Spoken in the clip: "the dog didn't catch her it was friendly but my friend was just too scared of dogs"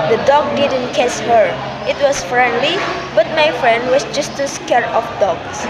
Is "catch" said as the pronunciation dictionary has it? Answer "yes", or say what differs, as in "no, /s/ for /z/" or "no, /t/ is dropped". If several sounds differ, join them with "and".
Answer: no, /s/ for /tʃ/